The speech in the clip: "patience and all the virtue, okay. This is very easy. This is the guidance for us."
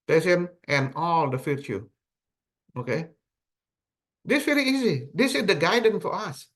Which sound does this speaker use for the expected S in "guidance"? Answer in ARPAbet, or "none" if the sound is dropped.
none